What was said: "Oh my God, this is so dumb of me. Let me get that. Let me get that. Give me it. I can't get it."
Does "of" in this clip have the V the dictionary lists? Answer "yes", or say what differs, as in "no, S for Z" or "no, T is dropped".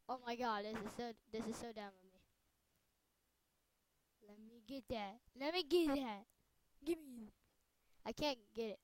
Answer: no, F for V